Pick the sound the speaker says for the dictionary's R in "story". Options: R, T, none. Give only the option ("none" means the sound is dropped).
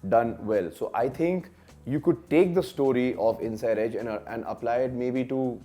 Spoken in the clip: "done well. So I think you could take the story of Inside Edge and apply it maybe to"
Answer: R